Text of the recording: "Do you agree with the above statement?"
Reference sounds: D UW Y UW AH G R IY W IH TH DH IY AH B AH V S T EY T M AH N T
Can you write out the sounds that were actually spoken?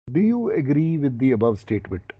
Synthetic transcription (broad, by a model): D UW Y UW AH G R IY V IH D IY AH B AH V S T EY T M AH N T